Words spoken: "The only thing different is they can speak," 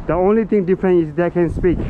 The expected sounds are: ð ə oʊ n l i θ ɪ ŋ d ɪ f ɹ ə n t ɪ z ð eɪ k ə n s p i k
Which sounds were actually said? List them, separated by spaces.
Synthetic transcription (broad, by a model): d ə oʊ n l i t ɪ ŋ d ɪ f ɹ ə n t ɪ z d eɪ k ə n s p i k